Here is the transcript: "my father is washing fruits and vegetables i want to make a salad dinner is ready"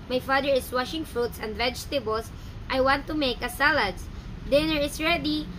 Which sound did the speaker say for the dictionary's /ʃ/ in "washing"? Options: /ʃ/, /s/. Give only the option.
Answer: /ʃ/